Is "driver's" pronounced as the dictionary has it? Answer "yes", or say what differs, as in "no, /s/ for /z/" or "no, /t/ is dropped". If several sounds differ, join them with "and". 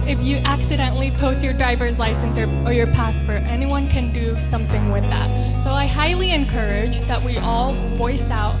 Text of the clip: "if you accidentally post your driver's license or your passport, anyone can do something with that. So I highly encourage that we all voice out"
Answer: yes